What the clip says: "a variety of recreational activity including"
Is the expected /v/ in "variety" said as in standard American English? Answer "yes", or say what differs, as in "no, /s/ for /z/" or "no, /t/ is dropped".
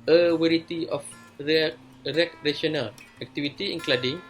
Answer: no, /w/ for /v/